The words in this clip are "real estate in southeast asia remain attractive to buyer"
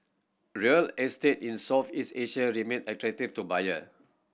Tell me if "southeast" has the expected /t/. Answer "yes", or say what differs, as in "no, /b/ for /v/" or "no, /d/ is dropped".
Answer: no, /t/ is dropped